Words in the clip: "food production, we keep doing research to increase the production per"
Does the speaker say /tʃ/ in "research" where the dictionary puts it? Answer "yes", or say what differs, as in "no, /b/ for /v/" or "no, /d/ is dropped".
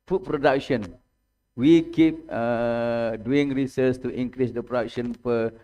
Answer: no, /s/ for /tʃ/